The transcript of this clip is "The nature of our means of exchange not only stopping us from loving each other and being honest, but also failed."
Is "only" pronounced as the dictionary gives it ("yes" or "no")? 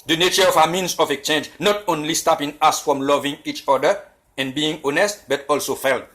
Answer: yes